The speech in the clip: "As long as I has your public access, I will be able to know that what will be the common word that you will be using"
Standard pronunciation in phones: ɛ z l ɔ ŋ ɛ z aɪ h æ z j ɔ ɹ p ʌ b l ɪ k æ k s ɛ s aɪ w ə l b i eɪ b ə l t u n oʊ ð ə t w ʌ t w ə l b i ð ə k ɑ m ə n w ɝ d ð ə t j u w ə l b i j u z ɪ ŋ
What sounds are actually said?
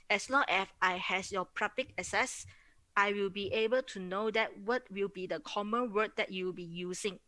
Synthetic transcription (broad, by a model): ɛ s l ɔ ŋ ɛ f aɪ h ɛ s j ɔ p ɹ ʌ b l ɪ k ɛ s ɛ s aɪ w ə l b i eɪ b ə l t u n oʊ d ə t w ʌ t w ə l b i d ə k ɑ m ə n w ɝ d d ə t j u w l b i j u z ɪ ŋ